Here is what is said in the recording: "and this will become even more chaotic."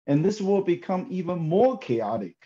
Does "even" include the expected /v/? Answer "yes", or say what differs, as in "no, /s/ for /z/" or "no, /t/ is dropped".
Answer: yes